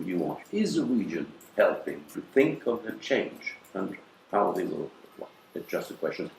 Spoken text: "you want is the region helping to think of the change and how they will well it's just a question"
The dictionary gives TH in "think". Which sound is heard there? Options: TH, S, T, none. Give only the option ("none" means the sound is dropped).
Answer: TH